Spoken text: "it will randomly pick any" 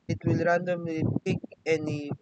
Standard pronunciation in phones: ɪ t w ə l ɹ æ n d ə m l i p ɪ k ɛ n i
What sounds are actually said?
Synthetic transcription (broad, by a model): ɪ t w ə l ɹ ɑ n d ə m i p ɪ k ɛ n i